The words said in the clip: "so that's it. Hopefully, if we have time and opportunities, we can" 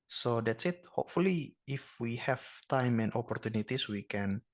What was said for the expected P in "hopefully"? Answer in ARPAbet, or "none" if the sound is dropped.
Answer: P